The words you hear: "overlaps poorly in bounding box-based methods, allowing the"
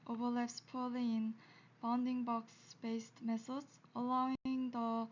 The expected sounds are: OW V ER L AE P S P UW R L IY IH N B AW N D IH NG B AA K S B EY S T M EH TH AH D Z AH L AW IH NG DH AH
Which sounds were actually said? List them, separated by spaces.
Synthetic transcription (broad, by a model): OW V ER L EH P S P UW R L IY IH N B AW N D IH NG B AA K S B EY S T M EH S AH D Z AH L AW IH NG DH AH